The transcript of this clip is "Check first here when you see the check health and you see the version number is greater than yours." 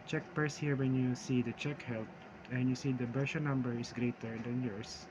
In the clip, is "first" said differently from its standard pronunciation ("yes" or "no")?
yes